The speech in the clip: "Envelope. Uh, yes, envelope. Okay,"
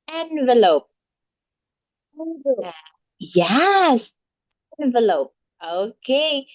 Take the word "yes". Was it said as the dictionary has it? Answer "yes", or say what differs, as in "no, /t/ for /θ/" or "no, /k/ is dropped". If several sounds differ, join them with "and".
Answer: yes